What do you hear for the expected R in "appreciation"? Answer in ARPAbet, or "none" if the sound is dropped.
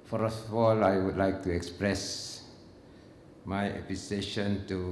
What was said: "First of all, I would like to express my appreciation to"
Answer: none